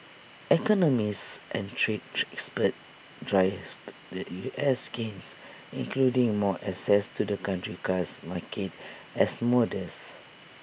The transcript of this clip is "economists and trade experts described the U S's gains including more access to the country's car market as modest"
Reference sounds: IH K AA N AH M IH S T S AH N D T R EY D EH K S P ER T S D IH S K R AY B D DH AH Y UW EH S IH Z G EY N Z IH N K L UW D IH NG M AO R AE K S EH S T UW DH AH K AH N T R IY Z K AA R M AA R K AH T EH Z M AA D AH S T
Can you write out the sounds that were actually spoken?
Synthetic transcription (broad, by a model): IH K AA N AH M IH S T AH N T R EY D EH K S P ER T D R AY D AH Y UW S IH S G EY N S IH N K L UW D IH NG M AO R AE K S EH S T UW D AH K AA N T R IY K AA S M AA K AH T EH S M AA D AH S